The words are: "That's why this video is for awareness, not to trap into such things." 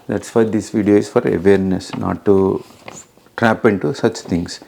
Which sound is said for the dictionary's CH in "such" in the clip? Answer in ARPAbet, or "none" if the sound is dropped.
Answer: CH